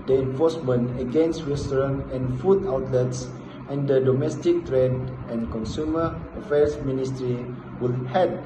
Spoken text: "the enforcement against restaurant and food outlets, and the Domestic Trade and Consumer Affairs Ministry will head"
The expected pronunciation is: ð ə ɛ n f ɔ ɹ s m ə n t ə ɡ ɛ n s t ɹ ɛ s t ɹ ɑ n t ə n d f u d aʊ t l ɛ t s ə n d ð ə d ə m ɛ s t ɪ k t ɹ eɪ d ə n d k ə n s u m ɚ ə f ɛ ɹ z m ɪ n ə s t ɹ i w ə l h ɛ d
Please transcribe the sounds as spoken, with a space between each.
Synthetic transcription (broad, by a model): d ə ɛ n f ɔ s m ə n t ə ɡ ɛ n s t ɹ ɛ s t ɹ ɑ n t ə n f u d aʊ t l ɛ t s ə n d ə d ə m ɛ s t ɪ k t ɹ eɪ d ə n k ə n s u m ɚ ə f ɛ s m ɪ n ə s t ɹ i w ə l h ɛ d